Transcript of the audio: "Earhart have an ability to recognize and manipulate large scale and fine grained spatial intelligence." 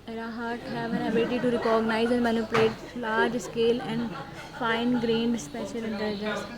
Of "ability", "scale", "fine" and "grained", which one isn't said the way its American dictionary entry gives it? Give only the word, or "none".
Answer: none